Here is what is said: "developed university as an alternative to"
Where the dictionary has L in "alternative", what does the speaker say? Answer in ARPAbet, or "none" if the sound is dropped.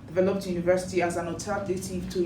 none